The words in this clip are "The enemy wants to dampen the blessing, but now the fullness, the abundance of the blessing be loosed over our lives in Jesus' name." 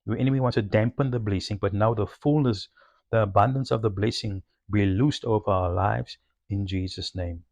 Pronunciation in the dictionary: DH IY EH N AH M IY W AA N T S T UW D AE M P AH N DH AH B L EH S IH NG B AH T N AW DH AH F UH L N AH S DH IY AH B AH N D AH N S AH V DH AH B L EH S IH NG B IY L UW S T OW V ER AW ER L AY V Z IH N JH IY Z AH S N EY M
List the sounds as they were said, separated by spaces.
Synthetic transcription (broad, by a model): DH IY EH N AH M IY W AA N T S T UW D AE M P AH N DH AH B L EH S IH NG B AH T N AW DH AH F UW L N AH S DH IY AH B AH N D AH N S AH V DH AH B L EH S IH NG B IY L UW S T OW V ER AW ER L AY V Z IH N JH IY Z AH S N EY M